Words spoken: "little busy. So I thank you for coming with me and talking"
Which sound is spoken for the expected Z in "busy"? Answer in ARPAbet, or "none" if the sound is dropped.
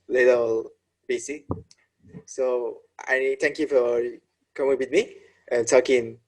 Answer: S